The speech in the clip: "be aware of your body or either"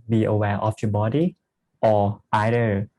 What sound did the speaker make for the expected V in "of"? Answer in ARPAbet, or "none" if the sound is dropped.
F